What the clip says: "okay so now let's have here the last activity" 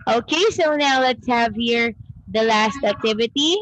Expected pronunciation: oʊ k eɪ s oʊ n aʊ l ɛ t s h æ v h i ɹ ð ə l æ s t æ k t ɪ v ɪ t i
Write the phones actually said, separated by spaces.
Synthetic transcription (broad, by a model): oʊ k eɪ s oʊ n aʊ l ɛ t s h æ v h i ɹ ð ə l æ s t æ k t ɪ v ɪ t i